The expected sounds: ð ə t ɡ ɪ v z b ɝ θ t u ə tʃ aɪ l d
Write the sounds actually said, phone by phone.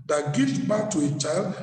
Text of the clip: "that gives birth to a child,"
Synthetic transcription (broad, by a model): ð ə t ɡ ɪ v b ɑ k t u ə tʃ aɪ l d